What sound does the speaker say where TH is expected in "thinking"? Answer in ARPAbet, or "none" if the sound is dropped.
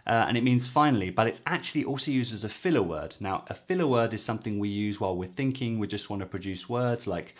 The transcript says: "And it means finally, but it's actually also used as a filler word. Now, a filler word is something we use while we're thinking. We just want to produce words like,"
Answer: TH